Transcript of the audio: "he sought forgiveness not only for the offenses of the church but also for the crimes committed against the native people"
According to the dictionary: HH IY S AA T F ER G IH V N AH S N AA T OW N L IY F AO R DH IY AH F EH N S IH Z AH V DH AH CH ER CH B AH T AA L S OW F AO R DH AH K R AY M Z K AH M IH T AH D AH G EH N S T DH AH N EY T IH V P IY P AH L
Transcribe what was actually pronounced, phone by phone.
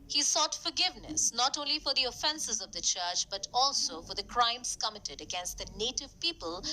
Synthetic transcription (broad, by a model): HH IY S AA T F ER G IH V N AH S N AA T OW N L IY F AO R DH IY AH F EH N S IH Z AH V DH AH CH ER CH B AH T AA L S OW F AO R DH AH K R AY M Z K AH M IH T AH D AH G EH N S T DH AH N EY T IH V P IY P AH L